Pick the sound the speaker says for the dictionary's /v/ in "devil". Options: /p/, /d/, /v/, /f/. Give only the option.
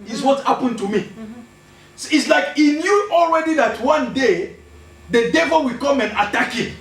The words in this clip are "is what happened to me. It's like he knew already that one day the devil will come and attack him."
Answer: /v/